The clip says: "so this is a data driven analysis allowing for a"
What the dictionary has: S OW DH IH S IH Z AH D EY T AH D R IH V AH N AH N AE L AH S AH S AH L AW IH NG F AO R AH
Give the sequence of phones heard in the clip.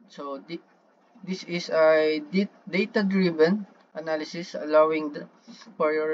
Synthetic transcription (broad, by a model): S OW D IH S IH S AH D EY T AH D R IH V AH N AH N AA L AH S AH S AH L AW IH NG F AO R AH